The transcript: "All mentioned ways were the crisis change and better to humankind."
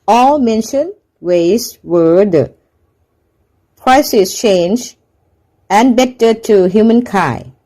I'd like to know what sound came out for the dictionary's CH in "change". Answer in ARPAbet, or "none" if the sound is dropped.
CH